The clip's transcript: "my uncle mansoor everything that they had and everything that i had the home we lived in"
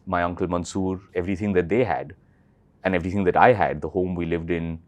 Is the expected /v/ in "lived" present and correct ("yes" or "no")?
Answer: yes